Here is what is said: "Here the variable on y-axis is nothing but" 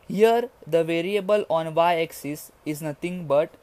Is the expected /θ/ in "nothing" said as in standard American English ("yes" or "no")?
no